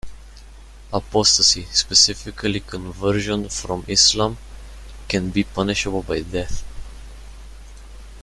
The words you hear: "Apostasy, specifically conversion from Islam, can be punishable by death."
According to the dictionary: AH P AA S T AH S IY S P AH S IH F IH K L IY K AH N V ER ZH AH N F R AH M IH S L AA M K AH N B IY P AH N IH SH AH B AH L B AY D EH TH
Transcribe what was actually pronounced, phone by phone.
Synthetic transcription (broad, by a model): AH P AA S T AH S IY S P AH S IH F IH K L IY K AH N V ER ZH AH N F R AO M IH S L AA M K AH N B IY P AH N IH SH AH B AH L B AY D EH TH